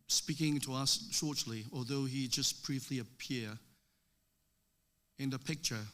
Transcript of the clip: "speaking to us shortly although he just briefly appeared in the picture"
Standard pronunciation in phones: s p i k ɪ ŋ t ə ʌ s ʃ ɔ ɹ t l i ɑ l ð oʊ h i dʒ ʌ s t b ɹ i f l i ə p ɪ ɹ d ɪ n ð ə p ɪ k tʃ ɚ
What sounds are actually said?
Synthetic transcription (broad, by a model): s p i k ɪ ŋ t ə ʌ s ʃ ɔ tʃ l i ɑ l ð oʊ h i dʒ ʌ s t b ɹ i f l i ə p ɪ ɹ ɪ n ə p ɪ k tʃ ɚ